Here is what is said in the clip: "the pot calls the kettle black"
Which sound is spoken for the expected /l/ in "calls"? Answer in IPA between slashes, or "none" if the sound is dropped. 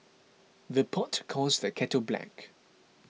none